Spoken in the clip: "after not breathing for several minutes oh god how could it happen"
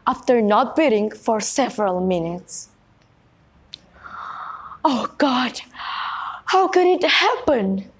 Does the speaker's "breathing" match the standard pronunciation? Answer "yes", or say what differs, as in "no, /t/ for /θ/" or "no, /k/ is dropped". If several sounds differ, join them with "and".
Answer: no, /ɹ/ is dropped